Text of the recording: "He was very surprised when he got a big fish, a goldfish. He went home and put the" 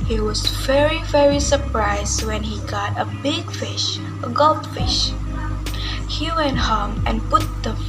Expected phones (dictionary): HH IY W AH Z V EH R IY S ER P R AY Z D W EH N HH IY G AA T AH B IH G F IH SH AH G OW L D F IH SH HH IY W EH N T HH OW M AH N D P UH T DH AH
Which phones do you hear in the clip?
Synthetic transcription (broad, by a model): HH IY W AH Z V EH R IY S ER P R AY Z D W EH N HH IY G AA T AH B IH G F IH SH AH G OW L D F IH SH HH IY W EH N T HH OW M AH N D P UH T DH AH